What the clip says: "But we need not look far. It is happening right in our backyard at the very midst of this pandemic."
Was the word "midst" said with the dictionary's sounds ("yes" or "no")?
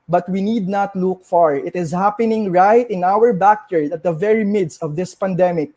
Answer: yes